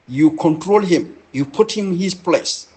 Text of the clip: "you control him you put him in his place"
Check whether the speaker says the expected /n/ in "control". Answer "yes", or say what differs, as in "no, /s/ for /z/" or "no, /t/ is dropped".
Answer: yes